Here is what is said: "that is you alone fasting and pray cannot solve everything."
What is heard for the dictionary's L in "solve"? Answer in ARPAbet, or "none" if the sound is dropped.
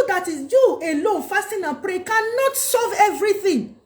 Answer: none